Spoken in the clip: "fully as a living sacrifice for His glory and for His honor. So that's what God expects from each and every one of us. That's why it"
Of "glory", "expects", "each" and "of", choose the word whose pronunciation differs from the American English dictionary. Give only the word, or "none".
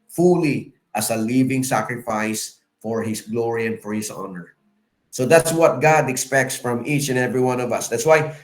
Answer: none